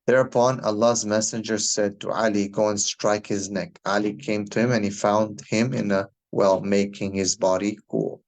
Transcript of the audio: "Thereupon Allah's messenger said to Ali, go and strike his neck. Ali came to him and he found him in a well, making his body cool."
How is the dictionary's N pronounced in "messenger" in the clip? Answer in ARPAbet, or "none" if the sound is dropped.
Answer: N